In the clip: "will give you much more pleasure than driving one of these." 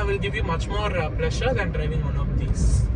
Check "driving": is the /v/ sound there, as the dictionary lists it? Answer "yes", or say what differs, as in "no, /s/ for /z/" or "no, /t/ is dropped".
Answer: yes